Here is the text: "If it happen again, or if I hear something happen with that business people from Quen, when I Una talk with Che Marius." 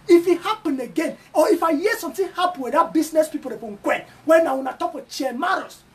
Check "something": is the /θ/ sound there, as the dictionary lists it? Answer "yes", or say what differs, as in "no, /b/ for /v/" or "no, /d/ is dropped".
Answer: no, /t/ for /θ/